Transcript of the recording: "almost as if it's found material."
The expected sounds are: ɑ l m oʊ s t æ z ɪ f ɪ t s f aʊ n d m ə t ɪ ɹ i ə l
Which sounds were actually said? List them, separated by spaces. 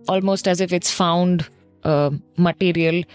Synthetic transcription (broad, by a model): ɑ l m oʊ s t æ z ɪ f ɪ t s f aʊ n d m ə t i ɹ i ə l